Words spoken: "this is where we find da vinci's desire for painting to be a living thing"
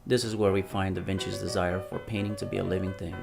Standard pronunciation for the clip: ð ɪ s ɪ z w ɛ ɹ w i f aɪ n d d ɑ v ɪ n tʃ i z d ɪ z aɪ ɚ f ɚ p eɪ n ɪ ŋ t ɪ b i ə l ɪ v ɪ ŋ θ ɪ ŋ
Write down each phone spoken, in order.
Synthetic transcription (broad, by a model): ð ɪ s ɪ z w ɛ ɹ w i f aɪ n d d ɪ v ɪ n tʃ i z d ɪ z aɪ ɚ f ɚ p eɪ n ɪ ŋ t ɪ b i ə l ɪ v ɪ ŋ θ ɪ ŋ